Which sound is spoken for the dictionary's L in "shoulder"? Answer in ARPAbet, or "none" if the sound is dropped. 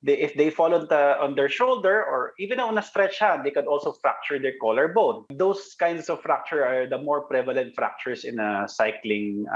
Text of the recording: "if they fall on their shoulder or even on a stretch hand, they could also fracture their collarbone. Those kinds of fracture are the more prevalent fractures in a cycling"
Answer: L